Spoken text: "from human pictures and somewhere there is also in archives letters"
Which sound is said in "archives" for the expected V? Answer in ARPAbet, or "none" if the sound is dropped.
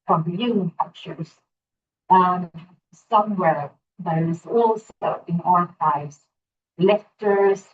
none